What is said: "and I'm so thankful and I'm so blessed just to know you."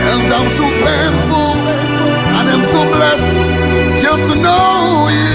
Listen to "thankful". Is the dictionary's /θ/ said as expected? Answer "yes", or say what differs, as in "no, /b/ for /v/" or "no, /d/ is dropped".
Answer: no, /f/ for /θ/